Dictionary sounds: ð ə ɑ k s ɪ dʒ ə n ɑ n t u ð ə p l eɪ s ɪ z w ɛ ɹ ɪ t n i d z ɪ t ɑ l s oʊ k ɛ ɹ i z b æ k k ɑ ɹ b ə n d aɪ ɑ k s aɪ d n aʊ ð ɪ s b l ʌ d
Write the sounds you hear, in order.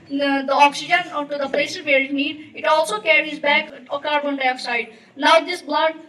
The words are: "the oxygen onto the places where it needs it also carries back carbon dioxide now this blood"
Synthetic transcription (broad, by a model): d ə ɑ k s ɪ dʒ ə n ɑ t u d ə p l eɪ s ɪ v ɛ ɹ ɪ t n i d ɪ t ɑ l s oʊ k ɛ ɹ i z b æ k k ɑ ɹ b ə n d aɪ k s aɪ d n aʊ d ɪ s b l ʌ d